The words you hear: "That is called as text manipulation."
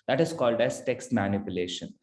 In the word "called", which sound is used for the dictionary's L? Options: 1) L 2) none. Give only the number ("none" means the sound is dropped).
1